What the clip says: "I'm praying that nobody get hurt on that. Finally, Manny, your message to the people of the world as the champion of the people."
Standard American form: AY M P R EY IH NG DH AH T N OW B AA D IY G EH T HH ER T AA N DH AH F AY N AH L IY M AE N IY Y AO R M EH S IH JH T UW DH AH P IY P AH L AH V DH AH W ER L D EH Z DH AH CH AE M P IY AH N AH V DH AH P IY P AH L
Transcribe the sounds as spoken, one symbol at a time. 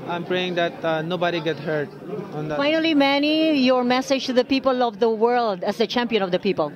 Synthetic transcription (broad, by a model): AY M P R EY IH NG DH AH T N OW B AA D IY G EH T HH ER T AA N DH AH F AY N AH L IY M AE N IY Y AO R M EH S IH JH T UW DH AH P IY P AH L AH V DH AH W ER L D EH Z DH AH CH AE M P IY AH N AH V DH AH P IY P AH L